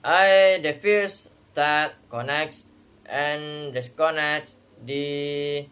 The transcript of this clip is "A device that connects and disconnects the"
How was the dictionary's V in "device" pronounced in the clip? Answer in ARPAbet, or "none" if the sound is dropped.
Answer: F